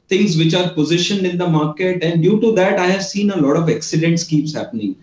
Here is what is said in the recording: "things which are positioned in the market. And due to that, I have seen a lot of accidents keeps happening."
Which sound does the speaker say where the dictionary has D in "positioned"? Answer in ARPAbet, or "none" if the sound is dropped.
none